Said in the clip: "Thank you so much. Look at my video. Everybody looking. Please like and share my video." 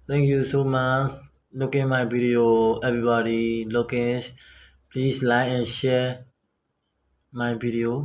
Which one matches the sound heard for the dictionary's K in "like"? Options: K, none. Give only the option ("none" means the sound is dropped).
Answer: none